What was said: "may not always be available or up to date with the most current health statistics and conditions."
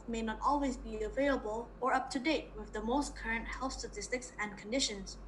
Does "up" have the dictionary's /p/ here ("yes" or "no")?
yes